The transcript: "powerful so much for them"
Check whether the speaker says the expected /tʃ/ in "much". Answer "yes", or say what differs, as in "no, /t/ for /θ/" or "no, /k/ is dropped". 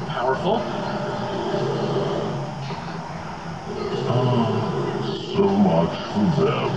yes